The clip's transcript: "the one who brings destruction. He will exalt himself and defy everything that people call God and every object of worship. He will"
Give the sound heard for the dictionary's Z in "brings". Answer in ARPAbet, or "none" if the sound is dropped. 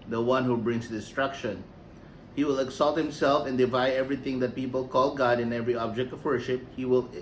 S